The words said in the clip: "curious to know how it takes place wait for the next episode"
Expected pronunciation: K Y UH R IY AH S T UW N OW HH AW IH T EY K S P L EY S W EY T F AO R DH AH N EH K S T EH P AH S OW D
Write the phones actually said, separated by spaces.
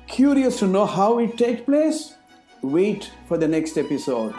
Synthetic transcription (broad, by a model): K Y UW R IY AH S T UW N OW HH AW IH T EY K P L EY S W EY T F AO R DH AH N EH K S T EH P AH S OW D